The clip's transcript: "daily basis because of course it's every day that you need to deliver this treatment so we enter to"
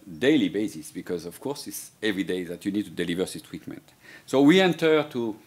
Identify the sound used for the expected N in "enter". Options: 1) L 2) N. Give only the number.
2